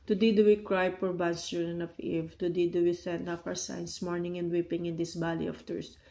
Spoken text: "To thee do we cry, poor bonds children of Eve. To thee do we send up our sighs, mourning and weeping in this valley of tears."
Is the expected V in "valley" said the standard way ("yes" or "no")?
no